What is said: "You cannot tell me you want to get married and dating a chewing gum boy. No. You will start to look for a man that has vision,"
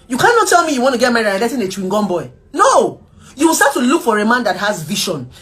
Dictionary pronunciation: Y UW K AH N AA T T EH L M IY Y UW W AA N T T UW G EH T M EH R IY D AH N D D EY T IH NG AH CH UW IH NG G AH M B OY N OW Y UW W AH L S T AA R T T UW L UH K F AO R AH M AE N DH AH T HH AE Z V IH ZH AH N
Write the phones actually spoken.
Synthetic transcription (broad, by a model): Y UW K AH N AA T T EH L M IY Y UW W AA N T T UW G EH T M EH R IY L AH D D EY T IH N AH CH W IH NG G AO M B OY N OW Y UW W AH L S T AA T T UW L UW K F AO R AH M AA N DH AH T HH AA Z V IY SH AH N